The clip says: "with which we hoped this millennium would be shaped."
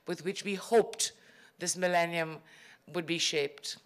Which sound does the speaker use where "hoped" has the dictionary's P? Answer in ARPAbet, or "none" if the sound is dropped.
P